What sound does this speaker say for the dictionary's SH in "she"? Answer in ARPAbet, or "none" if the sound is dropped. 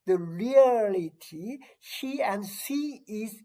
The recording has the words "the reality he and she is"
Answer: S